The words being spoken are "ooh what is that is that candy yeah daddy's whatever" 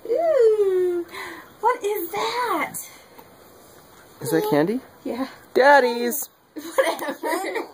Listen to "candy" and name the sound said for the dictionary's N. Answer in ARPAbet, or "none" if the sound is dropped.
N